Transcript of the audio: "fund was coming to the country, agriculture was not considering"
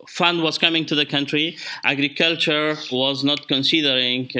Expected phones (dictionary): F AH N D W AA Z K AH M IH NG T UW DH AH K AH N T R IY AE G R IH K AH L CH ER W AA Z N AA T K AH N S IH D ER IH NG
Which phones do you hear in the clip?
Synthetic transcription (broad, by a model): F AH N D W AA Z K AH M IH NG T UW DH AH K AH N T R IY AE G R IH K AH L CH ER W AA Z N AA T K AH N S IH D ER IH NG